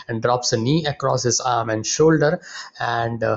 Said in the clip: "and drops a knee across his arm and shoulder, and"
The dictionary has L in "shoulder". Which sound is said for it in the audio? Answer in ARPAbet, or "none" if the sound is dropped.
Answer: L